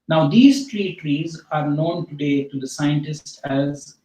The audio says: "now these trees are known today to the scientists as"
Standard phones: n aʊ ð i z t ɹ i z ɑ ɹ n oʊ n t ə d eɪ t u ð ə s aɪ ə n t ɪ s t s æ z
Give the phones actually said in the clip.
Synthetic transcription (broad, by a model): n aʊ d i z t ɹ i z ɑ ɹ n oʊ n t ə d eɪ t u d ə s aɪ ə n t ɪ s t æ z